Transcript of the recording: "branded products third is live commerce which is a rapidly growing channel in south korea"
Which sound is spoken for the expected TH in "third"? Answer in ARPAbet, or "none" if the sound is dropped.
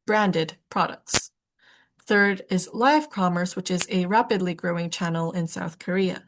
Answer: TH